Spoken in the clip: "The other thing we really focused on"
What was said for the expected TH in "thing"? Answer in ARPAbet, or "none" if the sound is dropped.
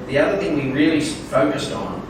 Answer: TH